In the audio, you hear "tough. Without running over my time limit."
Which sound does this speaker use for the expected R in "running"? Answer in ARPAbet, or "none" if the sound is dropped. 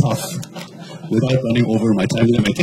R